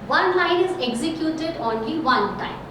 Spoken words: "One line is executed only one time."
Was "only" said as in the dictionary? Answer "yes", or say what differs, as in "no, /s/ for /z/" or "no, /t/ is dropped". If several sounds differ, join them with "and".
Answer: yes